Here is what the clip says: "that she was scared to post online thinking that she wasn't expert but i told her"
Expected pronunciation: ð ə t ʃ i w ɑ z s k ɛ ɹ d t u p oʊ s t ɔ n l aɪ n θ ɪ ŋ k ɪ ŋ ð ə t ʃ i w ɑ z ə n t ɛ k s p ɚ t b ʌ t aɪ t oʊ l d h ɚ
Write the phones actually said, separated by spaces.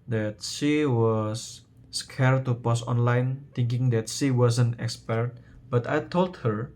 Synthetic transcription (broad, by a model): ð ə t ʃ i w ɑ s k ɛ ɹ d t u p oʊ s ɔ n l aɪ n t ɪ ŋ k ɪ ŋ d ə t ʃ i w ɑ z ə n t ɛ k s p ɚ t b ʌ t aɪ t oʊ l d h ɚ